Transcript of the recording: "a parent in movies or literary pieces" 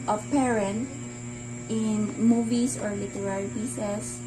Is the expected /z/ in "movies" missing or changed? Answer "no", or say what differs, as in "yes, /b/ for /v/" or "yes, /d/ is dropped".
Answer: yes, /s/ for /z/